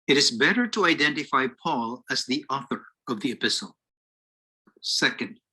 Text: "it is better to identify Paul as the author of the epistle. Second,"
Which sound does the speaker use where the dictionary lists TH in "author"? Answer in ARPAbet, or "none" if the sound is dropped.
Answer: TH